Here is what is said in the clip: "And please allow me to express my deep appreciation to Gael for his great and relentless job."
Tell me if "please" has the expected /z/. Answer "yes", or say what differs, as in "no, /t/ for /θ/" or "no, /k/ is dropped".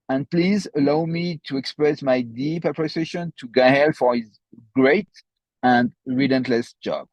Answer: yes